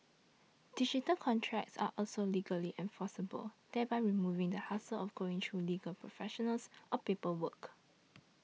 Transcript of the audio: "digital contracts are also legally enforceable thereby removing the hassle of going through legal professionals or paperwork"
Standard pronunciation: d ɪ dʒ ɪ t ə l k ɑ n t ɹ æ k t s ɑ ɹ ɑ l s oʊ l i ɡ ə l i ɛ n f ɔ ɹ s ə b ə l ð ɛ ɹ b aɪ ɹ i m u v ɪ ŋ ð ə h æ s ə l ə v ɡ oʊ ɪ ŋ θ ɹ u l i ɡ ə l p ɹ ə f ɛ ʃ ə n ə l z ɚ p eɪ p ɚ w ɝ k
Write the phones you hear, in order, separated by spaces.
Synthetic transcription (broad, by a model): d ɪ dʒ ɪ t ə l k ɑ n t ɹ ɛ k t s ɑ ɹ ɑ l s oʊ l i ɡ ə l i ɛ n f ɔ s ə b ə l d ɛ b aɪ ɹ i m u v ɪ ŋ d ə h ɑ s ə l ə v ɡ oʊ ɪ ŋ t ɹ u l i ɡ ə l p ɹ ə f ɛ ʃ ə n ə l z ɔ p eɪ p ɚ w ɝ k